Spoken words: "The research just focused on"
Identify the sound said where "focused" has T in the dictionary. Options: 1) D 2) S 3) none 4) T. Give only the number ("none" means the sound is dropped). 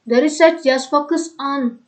3